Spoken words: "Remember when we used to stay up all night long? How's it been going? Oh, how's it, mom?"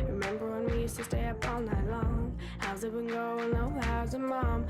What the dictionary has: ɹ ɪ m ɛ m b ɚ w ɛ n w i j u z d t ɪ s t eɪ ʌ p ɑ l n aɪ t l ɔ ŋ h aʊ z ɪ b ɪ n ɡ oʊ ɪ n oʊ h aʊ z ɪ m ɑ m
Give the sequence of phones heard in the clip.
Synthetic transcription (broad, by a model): ɹ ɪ m ɛ m b ɚ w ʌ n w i j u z t ɪ s t eɪ ʌ p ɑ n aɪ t l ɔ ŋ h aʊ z ɪ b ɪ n ɡ oʊ ɪ n oʊ h aʊ z ɪ m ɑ m